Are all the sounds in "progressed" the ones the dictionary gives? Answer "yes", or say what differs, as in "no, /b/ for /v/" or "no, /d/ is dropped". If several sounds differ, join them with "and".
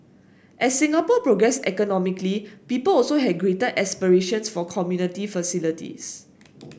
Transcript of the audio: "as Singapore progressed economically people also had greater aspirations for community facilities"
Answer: no, /t/ is dropped